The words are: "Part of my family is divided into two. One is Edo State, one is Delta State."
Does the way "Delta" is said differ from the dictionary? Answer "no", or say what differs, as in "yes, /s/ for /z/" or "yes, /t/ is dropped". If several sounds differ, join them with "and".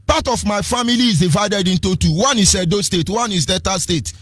yes, /l/ is dropped